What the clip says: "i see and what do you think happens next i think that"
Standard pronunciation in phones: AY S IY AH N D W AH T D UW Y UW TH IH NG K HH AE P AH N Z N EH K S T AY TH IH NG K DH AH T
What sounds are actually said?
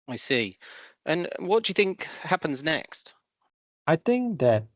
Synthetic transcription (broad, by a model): AY S IY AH N W AH T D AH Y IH TH IH NG K HH AE P AH N Z N EH K S T AY TH IH NG K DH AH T